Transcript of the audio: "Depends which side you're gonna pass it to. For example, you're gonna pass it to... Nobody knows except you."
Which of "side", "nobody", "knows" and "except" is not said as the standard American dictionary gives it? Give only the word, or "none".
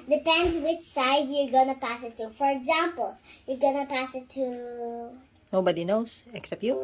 knows